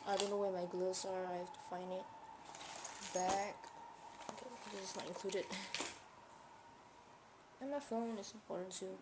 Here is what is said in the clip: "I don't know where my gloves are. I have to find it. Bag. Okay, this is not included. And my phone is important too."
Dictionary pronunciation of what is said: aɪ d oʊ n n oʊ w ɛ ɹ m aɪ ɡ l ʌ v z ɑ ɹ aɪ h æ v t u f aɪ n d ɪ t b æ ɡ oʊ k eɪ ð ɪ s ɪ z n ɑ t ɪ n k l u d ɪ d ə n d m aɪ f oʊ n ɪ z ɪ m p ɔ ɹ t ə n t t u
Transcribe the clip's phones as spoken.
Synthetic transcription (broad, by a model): aɪ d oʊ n n oʊ w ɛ m aɪ ɡ l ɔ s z ɑ ɹ aɪ h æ f t u f aɪ n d ɪ t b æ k oʊ k eɪ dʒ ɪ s n ɑ t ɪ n k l u d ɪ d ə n m aɪ f oʊ n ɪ s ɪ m p ɔ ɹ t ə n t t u